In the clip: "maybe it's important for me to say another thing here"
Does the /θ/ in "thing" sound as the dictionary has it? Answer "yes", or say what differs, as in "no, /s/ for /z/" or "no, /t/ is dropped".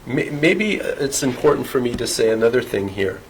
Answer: yes